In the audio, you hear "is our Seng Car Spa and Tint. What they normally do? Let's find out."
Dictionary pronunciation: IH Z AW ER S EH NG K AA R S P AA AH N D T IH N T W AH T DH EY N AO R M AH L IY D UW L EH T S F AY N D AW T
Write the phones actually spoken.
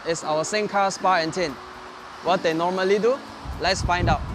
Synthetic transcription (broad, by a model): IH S AW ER S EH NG K AA S P AA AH N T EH N W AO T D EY N AO M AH L IY D UW L EH T S F AY N D AW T